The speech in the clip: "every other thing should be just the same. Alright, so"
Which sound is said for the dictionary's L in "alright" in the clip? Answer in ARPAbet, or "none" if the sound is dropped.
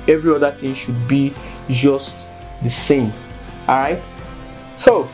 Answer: none